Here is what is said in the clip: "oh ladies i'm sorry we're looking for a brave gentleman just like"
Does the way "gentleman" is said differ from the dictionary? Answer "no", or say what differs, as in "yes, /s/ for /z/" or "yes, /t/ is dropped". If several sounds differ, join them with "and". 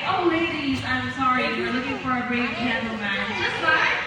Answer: yes, /l/ is dropped